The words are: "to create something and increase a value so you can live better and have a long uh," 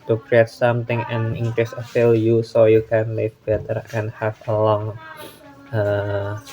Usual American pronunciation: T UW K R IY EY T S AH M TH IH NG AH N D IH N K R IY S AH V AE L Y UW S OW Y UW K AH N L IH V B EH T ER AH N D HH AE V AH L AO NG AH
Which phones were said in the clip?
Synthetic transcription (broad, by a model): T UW K R IY EY T S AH M T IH NG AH N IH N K R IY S AH F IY L Y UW S OW Y UW K AH N L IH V B EH T ER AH N HH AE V AH L AO NG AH